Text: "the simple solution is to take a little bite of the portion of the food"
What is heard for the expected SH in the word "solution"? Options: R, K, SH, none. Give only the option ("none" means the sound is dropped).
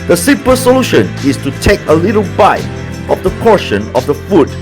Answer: SH